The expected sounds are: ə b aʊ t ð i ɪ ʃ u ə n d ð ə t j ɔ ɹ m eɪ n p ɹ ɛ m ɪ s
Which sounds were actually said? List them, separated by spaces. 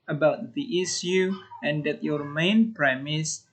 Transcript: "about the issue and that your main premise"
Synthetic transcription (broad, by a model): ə b aʊ t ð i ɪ s u ə n d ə t j ɔ ɹ m eɪ n p ɹ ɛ m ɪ s